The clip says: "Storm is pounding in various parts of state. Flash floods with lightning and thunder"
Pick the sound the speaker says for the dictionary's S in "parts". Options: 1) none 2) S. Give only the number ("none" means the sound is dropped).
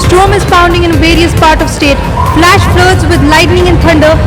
1